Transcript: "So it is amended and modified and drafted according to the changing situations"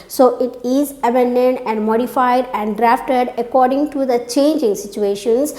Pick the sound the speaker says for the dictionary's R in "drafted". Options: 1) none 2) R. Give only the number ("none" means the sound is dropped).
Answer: 2